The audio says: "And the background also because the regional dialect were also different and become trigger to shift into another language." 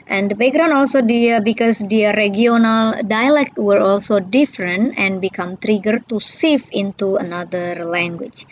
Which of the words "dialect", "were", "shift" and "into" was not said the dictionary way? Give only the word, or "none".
shift